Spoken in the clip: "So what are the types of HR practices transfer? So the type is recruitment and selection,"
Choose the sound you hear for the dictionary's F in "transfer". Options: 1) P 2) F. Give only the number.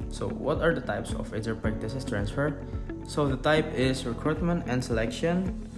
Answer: 2